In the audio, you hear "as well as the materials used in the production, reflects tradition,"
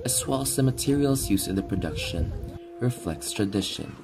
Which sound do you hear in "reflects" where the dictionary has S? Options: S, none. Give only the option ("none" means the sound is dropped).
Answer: S